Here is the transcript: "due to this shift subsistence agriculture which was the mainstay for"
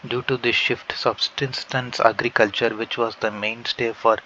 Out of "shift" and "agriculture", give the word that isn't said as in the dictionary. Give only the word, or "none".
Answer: none